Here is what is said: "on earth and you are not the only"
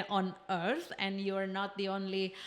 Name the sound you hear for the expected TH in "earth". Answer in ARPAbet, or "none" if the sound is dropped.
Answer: S